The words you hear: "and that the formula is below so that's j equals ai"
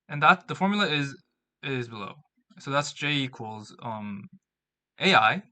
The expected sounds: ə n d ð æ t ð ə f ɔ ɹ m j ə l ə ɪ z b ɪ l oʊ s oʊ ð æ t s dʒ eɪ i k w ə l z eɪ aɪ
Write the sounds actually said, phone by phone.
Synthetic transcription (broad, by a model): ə n ð æ t ð ə f ɔ ɹ m j l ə ɪ z b ɪ l oʊ s oʊ ð æ t s dʒ eɪ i k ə l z eɪ aɪ